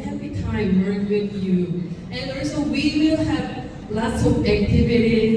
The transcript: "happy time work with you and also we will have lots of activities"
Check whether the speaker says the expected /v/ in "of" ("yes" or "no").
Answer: no